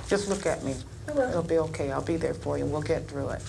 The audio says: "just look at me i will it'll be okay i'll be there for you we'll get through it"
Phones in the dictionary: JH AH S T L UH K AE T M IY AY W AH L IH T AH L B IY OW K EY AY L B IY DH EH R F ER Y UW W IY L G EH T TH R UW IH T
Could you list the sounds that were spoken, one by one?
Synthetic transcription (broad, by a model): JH AH S T L UH K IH T M IY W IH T L B IY OW K EY AY L B IY DH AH R F ER Y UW W IY L G EH T TH R UW IH T